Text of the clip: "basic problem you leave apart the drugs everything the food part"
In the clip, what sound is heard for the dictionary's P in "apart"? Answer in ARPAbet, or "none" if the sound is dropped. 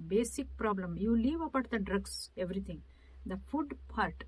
B